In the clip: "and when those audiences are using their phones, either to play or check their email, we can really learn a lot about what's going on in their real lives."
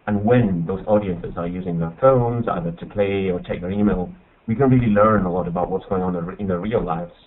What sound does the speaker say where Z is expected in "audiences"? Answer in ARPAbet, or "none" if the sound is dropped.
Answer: Z